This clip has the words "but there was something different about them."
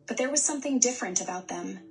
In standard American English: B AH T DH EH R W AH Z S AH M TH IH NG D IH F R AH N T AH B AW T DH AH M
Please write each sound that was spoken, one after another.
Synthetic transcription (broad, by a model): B AH T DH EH R W AH Z S AH M TH IH NG D IH F R AH N T AH B AW T DH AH M